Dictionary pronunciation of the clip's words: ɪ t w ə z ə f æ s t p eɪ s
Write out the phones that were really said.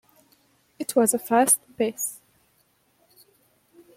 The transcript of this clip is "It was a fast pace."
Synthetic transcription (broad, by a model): ɪ t w ə z ə f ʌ s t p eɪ s